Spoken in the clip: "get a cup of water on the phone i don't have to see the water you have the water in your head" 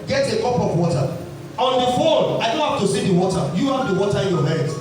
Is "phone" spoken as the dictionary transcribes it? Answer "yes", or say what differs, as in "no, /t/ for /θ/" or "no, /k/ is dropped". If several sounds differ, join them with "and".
no, /l/ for /n/